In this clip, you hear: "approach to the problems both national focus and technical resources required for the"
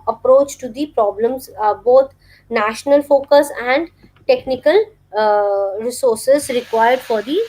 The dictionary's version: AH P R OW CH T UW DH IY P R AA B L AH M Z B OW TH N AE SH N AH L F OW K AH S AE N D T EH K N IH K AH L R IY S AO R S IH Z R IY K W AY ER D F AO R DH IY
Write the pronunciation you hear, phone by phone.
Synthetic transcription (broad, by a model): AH P R OW CH T UW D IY P R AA B L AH M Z B OW T N AE SH N AH L F OW K AH S AE N D T EH K N IH K AH L R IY S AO R S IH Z R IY K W AY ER D F AO R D IY